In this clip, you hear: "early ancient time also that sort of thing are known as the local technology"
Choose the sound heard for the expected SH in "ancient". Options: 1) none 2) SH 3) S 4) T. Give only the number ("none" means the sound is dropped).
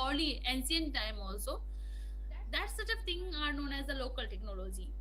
3